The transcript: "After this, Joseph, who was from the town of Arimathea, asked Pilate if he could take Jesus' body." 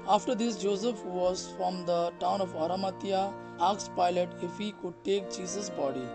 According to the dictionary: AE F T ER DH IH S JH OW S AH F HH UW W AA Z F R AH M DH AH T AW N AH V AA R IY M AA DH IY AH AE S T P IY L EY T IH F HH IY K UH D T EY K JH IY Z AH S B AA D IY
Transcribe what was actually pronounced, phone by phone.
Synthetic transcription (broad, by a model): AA F T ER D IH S JH OW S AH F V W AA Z F R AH M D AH T AW N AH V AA R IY M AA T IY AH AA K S P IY L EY T IH F HH IY K UH D T EY K CH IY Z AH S B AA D IY